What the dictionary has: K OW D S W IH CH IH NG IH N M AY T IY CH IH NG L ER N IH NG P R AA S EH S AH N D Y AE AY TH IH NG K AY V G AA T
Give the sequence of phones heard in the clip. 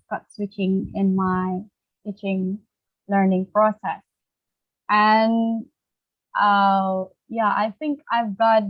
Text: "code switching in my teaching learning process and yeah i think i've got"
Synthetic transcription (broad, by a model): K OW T S W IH CH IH NG IH N M AY T IY CH IH NG L ER N IH NG P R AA S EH S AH N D Y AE AY TH IH NG K AY V G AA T